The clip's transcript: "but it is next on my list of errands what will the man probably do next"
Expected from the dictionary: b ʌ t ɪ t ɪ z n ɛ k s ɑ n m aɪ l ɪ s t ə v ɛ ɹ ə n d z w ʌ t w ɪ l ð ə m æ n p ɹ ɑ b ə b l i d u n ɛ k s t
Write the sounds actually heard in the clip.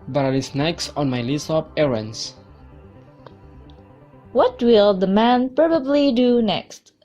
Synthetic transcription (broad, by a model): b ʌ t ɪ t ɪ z n ɛ k s ɑ n m aɪ l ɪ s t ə p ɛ ɹ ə n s w ʌ t w ɪ l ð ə m æ n p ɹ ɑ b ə b l i d u n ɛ k s t